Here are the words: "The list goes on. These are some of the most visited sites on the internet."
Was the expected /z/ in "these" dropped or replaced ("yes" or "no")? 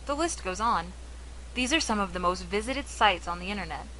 no